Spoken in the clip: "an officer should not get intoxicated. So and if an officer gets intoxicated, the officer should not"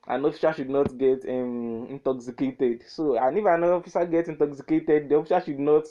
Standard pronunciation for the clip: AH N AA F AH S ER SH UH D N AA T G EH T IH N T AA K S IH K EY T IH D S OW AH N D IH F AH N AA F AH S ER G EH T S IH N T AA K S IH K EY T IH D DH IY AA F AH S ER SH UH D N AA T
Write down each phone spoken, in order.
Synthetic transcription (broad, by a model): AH N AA F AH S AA SH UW D N AA T G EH T IH N T AA K S IH K EY T IH D S OW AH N IH F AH N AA F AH S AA G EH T IH N T AA K S IH K EY T IH D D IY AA F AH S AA SH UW D N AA T